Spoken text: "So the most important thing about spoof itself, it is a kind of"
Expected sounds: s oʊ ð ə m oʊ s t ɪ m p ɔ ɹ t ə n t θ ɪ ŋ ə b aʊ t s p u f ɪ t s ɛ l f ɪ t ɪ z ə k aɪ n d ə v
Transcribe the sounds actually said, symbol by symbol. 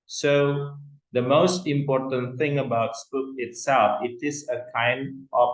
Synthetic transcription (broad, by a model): s oʊ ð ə m oʊ s t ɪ m p ɔ t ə n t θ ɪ ŋ ə b aʊ t s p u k ɪ t s ɛ l f ɪ t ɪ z ə k aɪ n d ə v